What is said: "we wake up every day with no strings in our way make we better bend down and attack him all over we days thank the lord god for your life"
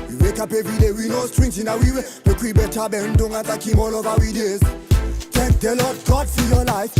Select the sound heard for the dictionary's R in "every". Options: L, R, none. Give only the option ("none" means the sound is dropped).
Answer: none